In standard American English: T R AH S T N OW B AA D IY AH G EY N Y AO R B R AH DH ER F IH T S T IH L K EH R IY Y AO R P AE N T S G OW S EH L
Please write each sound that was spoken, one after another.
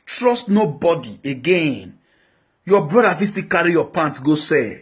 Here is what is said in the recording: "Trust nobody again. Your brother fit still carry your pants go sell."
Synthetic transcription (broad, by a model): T R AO S T N OW B AA D IY AH G EY N Y AO B R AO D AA F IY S T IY K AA R IY Y AO P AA N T G OW S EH